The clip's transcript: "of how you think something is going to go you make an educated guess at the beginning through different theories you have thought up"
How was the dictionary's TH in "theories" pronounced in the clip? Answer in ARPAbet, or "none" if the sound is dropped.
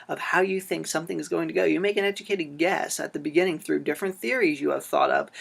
TH